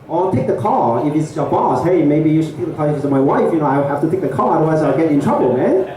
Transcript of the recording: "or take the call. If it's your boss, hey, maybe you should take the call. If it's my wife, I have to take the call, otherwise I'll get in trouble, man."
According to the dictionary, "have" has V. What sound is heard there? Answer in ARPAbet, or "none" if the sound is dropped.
F